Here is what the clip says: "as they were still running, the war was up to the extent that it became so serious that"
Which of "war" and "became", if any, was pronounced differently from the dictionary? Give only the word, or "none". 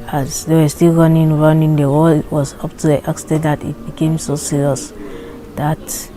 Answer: war